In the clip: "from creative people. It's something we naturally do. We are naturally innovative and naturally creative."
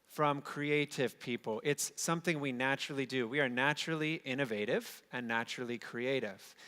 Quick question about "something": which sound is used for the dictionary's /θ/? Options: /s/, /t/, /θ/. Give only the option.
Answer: /θ/